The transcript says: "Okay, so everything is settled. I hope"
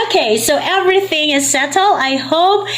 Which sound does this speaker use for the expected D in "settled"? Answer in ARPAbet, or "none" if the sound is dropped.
none